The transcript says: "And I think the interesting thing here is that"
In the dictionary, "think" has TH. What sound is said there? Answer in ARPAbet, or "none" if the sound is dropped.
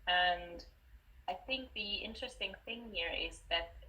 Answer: TH